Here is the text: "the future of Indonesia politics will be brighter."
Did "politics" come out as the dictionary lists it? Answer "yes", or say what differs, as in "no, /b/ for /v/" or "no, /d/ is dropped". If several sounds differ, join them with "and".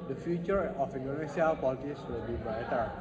no, /k/ is dropped